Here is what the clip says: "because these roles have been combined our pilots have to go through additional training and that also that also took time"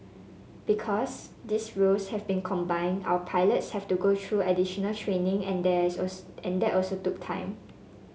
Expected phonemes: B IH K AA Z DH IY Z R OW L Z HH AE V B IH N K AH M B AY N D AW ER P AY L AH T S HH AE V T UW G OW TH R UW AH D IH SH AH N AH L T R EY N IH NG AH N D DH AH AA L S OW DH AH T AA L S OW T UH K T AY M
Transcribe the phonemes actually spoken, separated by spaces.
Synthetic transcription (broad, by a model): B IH K AA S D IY S R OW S HH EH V B IH N K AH M B AY N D AW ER P AY L AH T S HH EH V T UW G OW T R UW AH D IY SH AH N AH L T R EY N IH NG AH N D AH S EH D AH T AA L S OW T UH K T AY M